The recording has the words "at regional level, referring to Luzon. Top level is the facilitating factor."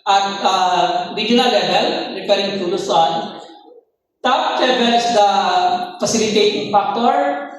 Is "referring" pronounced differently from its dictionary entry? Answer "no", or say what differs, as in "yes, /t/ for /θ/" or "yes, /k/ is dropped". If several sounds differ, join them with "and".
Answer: yes, /p/ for /f/